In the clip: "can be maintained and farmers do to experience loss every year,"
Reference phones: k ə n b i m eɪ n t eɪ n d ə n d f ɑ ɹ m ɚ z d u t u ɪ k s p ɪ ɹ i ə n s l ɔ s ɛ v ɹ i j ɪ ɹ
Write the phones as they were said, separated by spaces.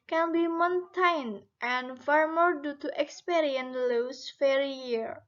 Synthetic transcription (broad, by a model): k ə n b i m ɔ n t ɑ n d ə n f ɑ ɹ m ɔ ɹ d u t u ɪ k s p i ɹ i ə n l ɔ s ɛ ɹ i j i ɹ